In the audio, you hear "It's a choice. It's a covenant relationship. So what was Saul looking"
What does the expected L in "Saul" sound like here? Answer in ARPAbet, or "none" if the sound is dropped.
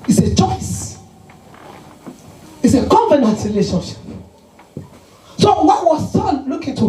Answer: N